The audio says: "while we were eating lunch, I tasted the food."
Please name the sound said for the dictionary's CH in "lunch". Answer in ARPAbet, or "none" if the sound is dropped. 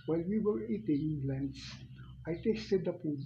S